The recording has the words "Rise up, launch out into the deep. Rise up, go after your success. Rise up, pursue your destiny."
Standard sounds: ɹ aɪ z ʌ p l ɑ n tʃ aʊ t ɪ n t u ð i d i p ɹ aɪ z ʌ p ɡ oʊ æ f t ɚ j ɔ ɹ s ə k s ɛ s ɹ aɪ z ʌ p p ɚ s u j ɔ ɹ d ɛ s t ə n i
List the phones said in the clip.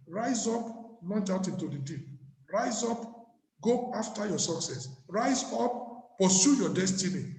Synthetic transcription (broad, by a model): ɹ aɪ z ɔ p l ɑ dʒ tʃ aʊ t ɪ n t u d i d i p ɹ aɪ z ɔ p ɡ oʊ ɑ f t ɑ j ɔ s ə k s ɛ s ɹ aɪ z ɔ p p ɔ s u j ɔ d ɛ s t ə n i